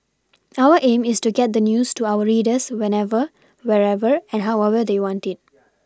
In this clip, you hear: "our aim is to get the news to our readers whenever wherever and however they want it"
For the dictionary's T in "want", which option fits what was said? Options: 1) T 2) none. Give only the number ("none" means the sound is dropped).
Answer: 1